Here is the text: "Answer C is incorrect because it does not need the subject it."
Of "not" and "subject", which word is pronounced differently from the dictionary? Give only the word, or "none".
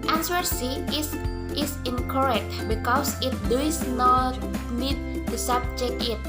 subject